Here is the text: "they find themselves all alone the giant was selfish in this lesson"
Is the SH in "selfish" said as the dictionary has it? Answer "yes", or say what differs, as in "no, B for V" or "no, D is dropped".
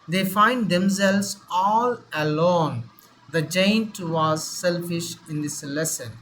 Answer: yes